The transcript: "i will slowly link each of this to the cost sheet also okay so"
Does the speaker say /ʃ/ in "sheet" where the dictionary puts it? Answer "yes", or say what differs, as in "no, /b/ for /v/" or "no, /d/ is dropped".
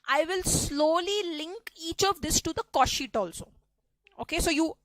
yes